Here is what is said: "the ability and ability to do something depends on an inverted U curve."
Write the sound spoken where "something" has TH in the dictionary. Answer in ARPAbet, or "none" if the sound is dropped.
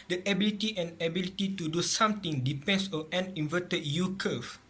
T